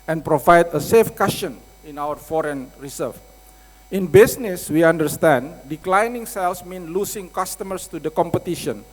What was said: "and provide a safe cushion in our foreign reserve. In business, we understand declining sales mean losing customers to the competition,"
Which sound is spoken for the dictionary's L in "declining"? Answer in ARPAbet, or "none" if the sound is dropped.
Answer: L